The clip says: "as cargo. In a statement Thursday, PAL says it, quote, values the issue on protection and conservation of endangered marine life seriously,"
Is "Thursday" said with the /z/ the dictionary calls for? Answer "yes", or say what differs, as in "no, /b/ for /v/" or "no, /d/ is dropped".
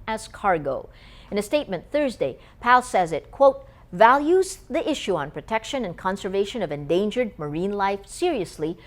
yes